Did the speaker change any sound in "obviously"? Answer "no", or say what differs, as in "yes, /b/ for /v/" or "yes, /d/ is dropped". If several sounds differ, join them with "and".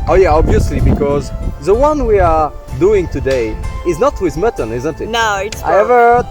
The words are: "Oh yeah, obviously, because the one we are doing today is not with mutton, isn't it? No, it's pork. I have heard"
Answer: no